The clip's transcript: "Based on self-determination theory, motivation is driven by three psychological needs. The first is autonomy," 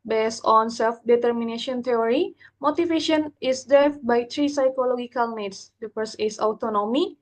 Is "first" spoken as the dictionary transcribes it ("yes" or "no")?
no